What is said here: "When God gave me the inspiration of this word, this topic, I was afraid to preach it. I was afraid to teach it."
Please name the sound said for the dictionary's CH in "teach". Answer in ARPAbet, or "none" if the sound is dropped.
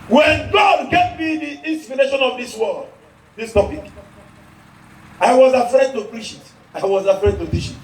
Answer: SH